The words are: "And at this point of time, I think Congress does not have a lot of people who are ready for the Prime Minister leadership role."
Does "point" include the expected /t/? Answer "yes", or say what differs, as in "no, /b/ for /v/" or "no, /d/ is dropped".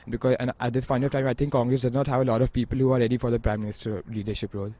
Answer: no, /t/ is dropped